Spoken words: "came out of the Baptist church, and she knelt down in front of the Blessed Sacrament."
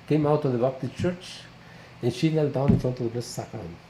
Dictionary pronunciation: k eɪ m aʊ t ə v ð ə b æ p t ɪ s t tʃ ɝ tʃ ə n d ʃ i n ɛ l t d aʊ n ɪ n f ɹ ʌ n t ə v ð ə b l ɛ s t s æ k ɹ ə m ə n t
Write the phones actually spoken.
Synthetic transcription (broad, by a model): k eɪ m aʊ t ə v ð ə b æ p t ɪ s tʃ ɝ tʃ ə n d ʃ i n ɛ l d aʊ n ɪ n f ɹ ʌ n t ə v ð ə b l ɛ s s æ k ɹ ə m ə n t